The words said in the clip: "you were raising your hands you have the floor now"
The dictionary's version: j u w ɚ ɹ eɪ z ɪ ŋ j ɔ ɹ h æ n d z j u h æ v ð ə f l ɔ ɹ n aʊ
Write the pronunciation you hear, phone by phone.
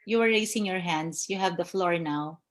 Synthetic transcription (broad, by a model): j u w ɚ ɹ eɪ s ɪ ŋ j ɔ ɹ h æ n d s j u h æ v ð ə f l ɔ ɹ n aʊ